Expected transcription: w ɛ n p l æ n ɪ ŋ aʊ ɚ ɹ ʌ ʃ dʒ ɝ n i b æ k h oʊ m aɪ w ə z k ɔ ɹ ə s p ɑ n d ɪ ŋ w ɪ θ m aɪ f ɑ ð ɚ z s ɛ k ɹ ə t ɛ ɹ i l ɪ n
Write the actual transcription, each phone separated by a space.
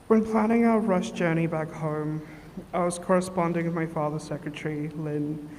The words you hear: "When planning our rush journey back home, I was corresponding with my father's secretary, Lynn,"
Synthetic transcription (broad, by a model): w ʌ n p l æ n ɪ ŋ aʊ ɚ ɹ ʌ ʃ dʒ ɝ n i b æ k h oʊ m aɪ w ə z k ɔ ɹ ə s p ɑ n d ɪ ŋ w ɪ m aɪ f ɑ ð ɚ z s ɛ k ɹ ə t ɛ ɹ i l ɪ n